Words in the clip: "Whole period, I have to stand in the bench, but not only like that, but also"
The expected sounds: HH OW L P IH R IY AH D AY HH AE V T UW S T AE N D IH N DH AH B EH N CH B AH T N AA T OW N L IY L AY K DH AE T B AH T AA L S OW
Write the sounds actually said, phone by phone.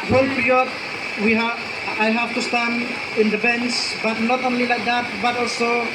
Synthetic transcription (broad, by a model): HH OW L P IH R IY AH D AY HH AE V T UW S T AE N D IH N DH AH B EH N S B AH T N AA T OW N L IY L AY K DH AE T B AH T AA L S OW